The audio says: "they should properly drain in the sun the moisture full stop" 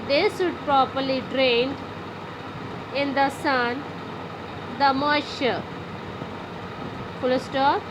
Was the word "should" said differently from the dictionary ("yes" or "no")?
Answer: yes